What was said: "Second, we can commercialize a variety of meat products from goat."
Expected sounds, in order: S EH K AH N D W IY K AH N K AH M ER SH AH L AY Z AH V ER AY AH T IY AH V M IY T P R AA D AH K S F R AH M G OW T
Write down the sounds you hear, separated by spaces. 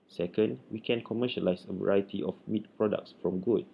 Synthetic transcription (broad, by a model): S EH K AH N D W IY K AH N K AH M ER SH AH L AY S AH V ER AY AH T IY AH F M IY T P R AA D AH K S F R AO M G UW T